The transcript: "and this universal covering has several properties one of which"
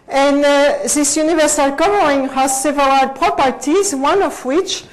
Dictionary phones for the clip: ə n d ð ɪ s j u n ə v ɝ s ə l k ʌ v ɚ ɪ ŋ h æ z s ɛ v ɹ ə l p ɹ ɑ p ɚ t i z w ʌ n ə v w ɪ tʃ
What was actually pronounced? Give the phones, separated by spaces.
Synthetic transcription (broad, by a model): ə n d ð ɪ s j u n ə v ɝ s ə l k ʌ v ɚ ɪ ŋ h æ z s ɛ v l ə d p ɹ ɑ p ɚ t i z w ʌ n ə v w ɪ tʃ